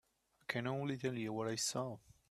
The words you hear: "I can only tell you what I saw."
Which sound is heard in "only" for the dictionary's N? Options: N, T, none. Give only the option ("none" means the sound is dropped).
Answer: none